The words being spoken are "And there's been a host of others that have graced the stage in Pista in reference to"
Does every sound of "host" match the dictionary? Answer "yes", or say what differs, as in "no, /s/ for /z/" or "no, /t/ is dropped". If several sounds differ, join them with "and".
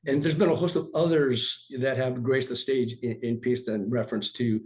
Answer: yes